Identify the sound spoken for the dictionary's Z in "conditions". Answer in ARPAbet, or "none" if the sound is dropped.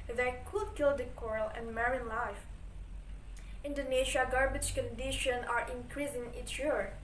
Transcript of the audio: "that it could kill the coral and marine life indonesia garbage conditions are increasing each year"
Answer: none